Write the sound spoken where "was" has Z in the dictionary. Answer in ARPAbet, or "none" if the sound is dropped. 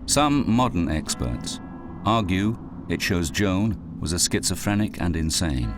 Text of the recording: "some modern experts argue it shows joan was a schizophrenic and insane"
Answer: Z